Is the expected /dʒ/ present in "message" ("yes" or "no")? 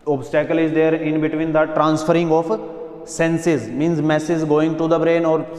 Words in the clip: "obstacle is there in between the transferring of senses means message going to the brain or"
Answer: no